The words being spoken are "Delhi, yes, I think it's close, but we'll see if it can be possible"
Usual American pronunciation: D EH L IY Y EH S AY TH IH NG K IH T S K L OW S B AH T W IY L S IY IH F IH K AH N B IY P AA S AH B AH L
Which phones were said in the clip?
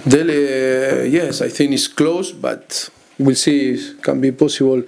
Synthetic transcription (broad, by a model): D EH L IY Y EH S AY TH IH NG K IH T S K L OW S B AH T W IY L S IY K AH N B IY P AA S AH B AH L